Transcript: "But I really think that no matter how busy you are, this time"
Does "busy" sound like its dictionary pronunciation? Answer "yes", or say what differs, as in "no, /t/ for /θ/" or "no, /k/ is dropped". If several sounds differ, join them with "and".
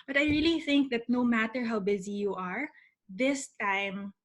yes